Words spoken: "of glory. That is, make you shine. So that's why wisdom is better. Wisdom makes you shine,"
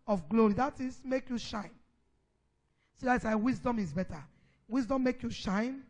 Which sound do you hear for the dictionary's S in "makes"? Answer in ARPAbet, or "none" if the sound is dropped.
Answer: none